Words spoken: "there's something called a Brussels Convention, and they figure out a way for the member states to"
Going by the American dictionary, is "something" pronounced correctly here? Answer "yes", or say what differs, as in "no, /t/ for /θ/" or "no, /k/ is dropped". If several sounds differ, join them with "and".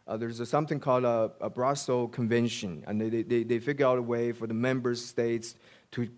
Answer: yes